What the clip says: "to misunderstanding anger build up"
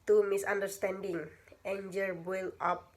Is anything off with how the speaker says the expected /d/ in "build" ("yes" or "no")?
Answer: yes